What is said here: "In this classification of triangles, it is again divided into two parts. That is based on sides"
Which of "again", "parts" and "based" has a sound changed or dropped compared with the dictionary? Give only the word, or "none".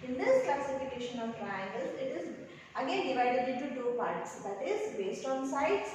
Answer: none